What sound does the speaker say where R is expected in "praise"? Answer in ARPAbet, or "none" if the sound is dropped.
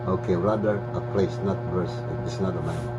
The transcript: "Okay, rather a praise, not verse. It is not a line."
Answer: L